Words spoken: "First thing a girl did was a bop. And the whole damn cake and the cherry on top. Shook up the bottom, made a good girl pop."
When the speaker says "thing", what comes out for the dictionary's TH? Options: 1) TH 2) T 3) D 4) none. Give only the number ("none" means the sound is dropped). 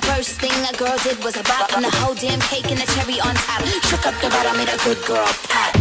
1